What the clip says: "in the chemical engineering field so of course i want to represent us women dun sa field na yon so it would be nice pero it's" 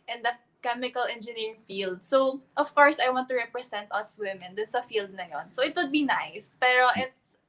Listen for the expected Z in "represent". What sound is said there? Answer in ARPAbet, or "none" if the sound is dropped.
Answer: S